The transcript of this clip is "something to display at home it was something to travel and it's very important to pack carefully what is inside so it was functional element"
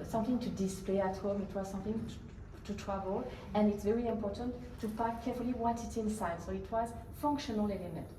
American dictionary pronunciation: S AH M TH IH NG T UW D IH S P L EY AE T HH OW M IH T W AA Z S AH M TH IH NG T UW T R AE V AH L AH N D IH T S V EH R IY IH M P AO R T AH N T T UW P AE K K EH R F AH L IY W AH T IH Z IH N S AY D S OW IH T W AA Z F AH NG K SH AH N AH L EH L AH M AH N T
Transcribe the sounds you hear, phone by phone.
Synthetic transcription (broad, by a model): S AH M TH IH NG T UW D IH S P L EY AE T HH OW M IH T W AA Z S AH M TH IH NG T UW T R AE V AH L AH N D IH T S V EH R IY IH M P AO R T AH N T T UW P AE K K EH R F AH L IY W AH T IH S IH N S AY D S OW IH T W AA Z F AH NG K SH AH N AH L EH L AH M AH N T